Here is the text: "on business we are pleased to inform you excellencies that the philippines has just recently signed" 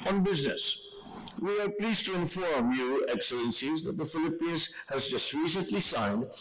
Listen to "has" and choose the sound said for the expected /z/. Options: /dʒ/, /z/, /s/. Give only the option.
/z/